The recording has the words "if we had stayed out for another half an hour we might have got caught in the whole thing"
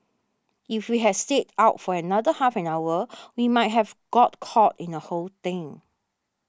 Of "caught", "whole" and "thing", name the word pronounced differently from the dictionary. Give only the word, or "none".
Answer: thing